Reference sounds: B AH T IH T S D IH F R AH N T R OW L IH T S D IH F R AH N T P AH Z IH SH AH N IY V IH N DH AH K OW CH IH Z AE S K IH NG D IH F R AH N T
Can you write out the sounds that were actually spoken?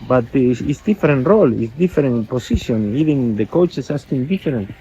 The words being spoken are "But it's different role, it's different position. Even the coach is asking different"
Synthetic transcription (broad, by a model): B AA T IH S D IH F R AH N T R OW L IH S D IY F R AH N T P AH S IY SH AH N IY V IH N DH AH K OW CH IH S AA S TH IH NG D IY F R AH N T